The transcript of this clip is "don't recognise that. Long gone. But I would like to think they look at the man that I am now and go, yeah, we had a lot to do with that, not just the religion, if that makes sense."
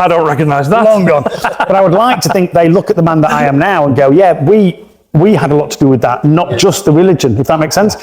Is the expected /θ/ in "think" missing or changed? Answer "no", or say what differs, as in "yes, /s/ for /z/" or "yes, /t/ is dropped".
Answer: no